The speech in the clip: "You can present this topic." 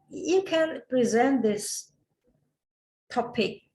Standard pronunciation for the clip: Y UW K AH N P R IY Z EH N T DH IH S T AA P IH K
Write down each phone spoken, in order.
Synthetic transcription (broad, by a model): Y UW K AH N P R IY Z EH N T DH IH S T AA P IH K